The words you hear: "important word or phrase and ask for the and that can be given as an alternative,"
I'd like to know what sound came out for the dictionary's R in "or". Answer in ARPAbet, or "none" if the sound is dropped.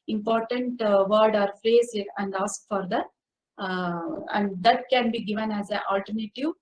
R